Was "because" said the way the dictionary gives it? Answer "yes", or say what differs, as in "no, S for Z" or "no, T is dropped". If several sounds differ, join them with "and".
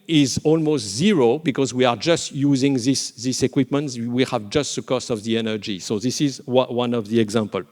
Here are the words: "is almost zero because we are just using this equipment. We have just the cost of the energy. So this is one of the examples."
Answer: yes